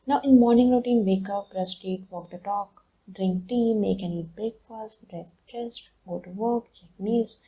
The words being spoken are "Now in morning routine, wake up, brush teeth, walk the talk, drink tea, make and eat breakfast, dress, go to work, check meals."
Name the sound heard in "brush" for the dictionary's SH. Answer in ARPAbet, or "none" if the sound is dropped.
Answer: S